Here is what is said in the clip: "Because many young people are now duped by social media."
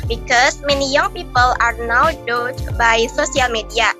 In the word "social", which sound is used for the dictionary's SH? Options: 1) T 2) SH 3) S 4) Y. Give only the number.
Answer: 3